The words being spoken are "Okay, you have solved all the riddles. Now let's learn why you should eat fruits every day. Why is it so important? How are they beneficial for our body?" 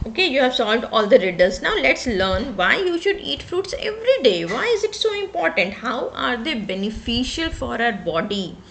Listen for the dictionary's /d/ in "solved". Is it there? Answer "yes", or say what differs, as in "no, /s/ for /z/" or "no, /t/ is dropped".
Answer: yes